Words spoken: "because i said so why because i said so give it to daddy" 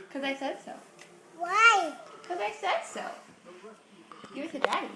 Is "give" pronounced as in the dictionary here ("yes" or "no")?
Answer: no